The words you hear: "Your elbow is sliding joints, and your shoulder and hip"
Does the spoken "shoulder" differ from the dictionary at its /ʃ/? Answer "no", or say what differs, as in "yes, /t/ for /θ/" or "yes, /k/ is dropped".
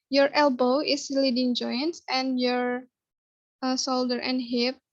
yes, /s/ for /ʃ/